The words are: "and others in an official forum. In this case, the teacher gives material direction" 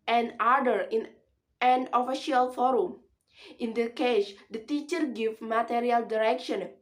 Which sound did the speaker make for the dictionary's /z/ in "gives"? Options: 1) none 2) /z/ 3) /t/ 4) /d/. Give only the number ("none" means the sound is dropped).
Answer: 1